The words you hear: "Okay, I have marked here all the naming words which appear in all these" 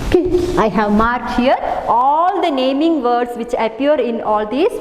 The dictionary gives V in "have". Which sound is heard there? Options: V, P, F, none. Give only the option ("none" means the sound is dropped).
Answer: V